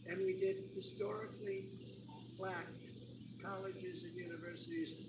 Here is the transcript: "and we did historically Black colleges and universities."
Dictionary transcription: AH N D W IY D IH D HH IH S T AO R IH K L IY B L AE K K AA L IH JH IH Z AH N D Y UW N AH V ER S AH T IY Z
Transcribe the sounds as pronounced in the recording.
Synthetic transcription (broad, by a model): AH N W IY D IH D HH IH S T AO R IH K L IY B L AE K K AA L IH JH IH Z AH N Y UW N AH V ER S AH T IY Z